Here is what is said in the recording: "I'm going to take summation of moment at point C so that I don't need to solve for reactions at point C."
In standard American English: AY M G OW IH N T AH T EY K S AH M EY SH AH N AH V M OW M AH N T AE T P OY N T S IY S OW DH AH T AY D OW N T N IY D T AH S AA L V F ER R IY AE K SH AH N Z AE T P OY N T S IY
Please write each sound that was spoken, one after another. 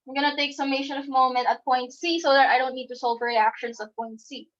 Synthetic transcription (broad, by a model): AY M G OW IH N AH T EY K S AH M EY SH AH N AH V M OW M AH N T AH T P OY N T S IY S OW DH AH T AY D OW N T N IY D T AH S AA L V R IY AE K SH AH N S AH T P OY N T S IY